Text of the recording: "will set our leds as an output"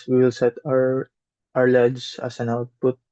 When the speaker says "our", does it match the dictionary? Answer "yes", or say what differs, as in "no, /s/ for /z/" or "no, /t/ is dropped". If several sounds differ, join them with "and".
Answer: yes